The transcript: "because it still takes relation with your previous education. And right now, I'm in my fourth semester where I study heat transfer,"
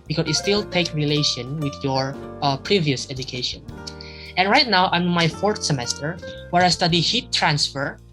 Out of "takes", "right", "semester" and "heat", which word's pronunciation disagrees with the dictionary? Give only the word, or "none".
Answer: takes